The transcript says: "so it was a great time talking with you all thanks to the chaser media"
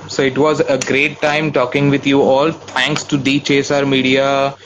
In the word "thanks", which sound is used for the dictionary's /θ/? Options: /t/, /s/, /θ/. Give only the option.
/t/